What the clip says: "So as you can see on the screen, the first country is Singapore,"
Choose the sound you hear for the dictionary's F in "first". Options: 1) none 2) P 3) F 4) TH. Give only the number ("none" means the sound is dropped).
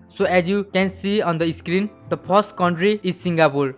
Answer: 2